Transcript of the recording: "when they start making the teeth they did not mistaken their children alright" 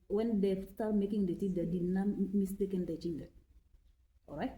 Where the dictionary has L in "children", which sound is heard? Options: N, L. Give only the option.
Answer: N